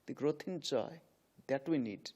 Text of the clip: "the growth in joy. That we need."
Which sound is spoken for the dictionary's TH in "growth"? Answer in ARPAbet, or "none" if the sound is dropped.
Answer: T